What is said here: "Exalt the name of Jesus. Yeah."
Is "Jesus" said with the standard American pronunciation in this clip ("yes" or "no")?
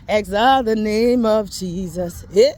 yes